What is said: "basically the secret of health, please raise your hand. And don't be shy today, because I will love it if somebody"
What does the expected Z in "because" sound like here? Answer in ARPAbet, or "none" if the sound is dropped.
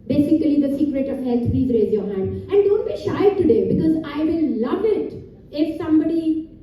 Z